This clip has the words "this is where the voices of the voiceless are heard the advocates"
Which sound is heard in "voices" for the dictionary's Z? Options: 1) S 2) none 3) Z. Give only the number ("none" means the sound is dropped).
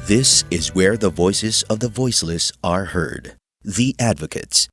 3